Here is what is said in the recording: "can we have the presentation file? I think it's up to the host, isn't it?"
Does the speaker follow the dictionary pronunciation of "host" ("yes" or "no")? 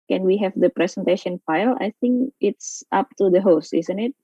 yes